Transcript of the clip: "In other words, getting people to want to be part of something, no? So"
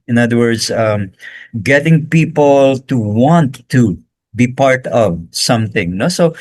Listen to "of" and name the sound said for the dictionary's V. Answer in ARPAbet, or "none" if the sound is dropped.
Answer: V